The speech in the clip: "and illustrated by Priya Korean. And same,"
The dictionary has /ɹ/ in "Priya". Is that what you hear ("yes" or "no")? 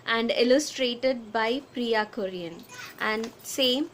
yes